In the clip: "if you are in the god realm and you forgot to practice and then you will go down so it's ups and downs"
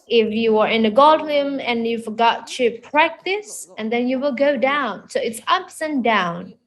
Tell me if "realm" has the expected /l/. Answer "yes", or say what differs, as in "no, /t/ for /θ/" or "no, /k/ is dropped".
no, /l/ is dropped